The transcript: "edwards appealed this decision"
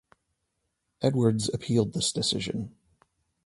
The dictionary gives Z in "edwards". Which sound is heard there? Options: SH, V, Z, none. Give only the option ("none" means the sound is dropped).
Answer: Z